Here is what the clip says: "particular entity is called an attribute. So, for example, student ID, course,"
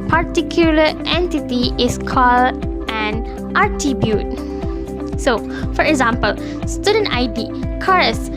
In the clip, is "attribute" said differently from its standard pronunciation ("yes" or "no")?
yes